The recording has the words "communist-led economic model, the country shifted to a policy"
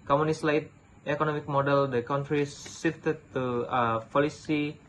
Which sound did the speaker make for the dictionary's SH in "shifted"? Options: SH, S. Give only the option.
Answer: S